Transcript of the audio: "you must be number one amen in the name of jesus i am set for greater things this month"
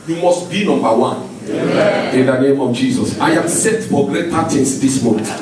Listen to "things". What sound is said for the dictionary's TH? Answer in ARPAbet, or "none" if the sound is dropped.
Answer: T